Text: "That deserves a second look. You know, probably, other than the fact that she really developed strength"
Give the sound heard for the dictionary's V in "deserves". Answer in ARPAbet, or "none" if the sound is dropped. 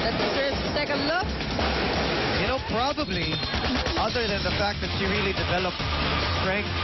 none